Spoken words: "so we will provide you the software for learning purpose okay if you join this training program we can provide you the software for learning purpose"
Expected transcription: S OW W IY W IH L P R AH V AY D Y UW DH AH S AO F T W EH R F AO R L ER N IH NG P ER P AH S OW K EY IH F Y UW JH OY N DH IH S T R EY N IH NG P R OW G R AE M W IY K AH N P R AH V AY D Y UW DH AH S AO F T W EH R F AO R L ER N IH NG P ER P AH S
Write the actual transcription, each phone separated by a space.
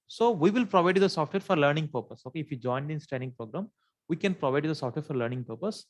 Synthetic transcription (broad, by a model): S OW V IY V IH L P R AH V AY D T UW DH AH S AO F T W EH R F AO R L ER N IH NG P ER P AH S OW K EY IH F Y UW JH OY N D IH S T EY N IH NG P R OW G R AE M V IY K AH N P R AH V AY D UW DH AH S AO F T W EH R F AO R L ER N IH NG P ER P AH S